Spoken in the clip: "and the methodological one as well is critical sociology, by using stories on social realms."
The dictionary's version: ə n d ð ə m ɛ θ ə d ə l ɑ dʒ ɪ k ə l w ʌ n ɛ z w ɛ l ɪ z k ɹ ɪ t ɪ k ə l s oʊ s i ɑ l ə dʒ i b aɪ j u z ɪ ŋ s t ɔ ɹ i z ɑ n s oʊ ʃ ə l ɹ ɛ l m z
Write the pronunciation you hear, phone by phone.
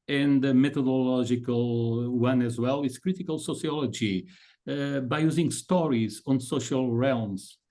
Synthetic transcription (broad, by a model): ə n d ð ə m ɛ t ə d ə l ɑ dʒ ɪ k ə l w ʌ n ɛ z w ɛ l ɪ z k ɹ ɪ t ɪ k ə l s oʊ s i ɑ l ə dʒ i b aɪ j u z ɪ ŋ s t ɔ ɹ i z ɑ n s oʊ ʃ ə l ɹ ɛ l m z